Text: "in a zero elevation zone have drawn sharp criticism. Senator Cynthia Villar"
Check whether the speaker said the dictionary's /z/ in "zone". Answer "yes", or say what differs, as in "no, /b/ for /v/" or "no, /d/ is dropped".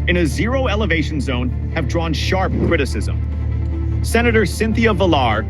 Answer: yes